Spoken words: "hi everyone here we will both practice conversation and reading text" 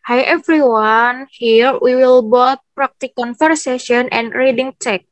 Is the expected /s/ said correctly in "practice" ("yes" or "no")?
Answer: no